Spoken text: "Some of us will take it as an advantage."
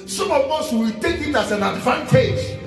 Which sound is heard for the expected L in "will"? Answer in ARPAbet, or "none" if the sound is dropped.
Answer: W